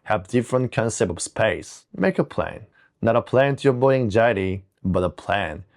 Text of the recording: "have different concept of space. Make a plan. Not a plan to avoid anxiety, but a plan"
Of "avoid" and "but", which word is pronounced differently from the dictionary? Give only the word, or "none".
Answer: avoid